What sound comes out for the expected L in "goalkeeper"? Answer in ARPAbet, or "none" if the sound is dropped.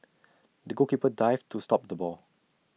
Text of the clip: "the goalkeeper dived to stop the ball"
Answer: none